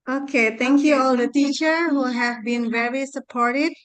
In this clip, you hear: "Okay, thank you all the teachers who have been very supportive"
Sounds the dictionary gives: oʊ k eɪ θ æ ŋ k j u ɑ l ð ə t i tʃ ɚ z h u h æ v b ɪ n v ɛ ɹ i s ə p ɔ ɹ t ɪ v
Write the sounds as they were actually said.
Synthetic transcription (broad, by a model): oʊ k eɪ t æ ŋ k j u ɑ l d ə t i tʃ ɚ h u h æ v b ɪ n v ɛ ɹ i s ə p ɔ ɹ t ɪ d